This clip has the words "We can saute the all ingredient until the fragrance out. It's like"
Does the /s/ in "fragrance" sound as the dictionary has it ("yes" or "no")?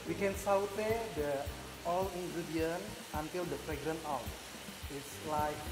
no